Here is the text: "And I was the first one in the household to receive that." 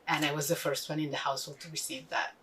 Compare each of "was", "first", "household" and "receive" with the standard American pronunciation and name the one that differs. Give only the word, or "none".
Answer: none